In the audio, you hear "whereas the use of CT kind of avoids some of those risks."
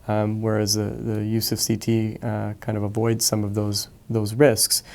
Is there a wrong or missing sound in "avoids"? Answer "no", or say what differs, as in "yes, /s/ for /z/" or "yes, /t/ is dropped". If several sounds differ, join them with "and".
no